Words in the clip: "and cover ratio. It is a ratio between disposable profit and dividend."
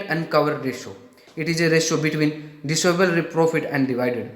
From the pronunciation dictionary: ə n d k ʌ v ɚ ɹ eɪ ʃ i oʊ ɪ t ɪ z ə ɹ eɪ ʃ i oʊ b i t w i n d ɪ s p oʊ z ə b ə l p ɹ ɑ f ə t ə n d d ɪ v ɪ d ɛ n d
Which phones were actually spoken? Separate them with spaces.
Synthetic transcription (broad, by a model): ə n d k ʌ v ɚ ɹ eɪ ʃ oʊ ɪ t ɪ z ə ɹ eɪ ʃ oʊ b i t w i n d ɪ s oʊ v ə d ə p ɹ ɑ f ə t ə n d d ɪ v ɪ d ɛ d